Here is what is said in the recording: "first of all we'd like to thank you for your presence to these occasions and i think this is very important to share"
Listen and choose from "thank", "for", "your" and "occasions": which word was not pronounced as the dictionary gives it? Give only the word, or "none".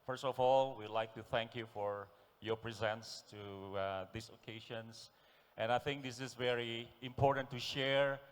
occasions